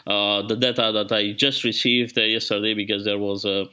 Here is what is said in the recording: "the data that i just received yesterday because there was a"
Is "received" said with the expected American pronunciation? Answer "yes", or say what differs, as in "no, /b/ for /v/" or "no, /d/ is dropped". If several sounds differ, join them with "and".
yes